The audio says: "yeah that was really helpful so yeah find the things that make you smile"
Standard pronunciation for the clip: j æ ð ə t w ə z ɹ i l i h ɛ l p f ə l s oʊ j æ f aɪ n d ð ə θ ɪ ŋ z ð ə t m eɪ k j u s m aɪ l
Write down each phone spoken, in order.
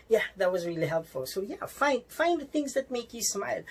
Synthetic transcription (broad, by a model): j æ ð ə t w ə z ɹ i l i h ɛ l p f ə l s oʊ j æ f aɪ n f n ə θ ɪ ŋ z ð ə t m eɪ k j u s m aɪ l